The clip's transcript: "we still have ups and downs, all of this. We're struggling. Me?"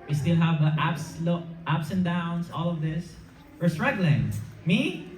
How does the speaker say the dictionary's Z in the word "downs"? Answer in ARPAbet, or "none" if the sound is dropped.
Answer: S